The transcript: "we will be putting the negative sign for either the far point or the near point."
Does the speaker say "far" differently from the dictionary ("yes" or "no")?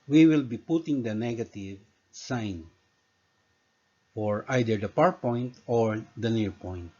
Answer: yes